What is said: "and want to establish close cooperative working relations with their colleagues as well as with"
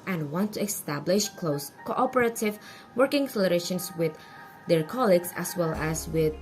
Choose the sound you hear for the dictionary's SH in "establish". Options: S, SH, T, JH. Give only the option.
SH